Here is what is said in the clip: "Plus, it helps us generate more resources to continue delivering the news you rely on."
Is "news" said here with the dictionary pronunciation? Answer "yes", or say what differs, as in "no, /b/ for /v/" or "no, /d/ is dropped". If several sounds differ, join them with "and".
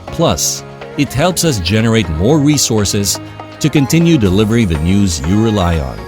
yes